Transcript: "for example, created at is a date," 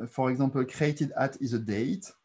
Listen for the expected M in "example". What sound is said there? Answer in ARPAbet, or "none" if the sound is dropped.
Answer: none